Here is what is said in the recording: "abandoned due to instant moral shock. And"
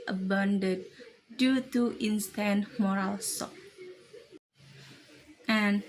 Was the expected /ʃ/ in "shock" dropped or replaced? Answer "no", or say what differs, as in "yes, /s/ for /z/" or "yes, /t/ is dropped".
yes, /s/ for /ʃ/